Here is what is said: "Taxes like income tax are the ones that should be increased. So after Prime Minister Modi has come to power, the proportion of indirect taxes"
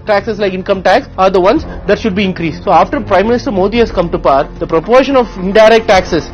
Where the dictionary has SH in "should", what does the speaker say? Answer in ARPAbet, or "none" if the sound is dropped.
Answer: SH